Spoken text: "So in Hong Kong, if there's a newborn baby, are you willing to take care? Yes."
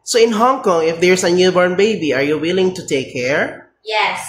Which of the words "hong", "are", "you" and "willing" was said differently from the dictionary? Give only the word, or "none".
none